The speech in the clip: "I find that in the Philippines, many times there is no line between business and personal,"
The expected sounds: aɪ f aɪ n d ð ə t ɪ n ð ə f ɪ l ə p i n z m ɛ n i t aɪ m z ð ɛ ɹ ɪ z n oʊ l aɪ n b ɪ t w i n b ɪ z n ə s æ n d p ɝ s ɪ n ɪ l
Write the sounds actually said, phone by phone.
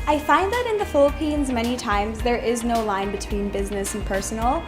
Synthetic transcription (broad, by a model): aɪ f aɪ n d ð ə t ɪ n ð ə f ɪ l ə p i n z m ɛ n i t aɪ m z ð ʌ ɹ ɪ z n oʊ l aɪ n b ɪ t w i n b ɪ z n ə s n p ɝ s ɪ n l